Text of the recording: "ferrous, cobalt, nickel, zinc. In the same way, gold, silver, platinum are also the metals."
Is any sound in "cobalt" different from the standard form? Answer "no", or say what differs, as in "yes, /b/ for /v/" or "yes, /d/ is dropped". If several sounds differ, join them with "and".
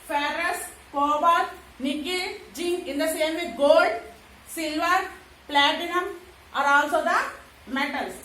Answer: yes, /l/ is dropped